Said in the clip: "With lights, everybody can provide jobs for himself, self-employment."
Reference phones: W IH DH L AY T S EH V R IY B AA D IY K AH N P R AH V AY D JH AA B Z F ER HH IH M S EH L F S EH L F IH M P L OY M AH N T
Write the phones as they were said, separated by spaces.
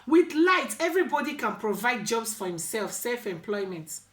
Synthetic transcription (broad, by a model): W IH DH L AY T EH V R IY B AA D IY K AH N P R AH V AY D JH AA B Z F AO HH IH M S EH L F S EH L F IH M P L OY M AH N T